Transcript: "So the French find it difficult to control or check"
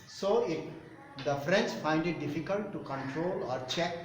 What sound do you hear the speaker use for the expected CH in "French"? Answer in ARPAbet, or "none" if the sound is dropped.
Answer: S